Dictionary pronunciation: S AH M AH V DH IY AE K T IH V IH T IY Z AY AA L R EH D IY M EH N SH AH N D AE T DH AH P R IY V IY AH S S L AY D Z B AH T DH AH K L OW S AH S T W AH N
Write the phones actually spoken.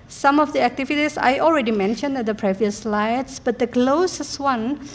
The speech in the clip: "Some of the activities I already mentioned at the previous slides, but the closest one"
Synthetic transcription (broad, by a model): S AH M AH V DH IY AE K T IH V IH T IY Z AY AA L R EH D IY M EH N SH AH N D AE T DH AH P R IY V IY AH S S L AY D S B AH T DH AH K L OW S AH S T W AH N